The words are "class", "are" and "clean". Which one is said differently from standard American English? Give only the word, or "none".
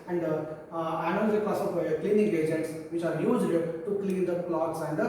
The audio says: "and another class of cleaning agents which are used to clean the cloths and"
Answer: class